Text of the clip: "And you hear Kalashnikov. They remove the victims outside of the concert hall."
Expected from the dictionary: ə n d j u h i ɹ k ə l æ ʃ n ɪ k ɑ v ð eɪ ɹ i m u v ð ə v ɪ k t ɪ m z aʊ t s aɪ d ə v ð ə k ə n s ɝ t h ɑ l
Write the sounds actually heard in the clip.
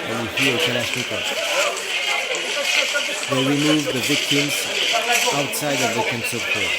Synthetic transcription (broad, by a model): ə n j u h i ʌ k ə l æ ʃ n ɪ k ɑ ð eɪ ɹ i m u v ð ə v ɪ k t ɪ m z aʊ t s aɪ d ə v ð ə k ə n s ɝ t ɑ